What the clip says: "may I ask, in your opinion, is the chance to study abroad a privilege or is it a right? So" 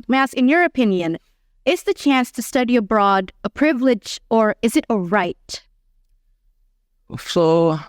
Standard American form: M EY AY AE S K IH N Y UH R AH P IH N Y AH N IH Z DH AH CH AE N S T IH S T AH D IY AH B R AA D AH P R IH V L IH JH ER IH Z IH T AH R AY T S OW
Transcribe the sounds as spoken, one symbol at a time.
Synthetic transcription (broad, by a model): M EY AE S IH N Y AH R AH P IH N Y AH N IH Z DH AH CH AE N S T IH S T AH D IY AH B R AA D AH P R IH V L IH JH ER IH Z IH T AH R AY T S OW